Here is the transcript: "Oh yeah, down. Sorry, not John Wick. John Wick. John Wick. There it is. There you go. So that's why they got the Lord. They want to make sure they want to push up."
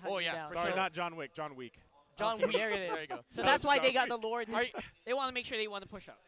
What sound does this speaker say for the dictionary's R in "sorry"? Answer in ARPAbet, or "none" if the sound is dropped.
R